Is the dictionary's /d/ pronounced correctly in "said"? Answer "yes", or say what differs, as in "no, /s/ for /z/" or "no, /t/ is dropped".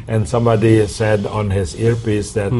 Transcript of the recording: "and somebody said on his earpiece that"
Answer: yes